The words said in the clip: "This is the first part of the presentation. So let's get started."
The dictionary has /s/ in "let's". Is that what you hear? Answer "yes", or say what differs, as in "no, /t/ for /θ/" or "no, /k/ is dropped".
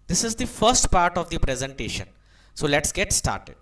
yes